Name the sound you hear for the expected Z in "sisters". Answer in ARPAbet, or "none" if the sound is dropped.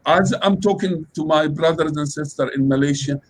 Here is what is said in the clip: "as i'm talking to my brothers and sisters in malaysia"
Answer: none